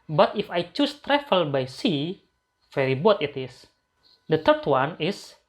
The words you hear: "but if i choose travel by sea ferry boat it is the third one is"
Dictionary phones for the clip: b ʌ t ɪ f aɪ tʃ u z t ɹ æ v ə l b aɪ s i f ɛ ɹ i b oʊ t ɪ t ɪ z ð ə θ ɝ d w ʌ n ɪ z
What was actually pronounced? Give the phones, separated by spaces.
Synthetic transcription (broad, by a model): b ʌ t ɪ f aɪ tʃ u s t ɹ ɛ f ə l b aɪ s i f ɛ ɹ i b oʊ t ɪ t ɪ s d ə t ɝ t w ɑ n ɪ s